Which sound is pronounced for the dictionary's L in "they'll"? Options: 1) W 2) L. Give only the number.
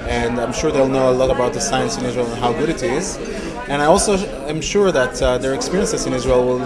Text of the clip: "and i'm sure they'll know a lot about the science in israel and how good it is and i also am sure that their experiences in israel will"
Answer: 2